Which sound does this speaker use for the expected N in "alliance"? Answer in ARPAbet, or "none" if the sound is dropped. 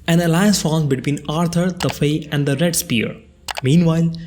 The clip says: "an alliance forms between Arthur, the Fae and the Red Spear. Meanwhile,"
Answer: none